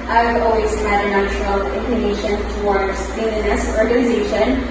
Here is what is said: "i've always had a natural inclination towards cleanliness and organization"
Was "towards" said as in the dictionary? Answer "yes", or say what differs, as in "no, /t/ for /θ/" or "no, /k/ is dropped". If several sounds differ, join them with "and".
yes